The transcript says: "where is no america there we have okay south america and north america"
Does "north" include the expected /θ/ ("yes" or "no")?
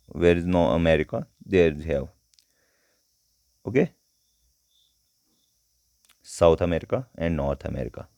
no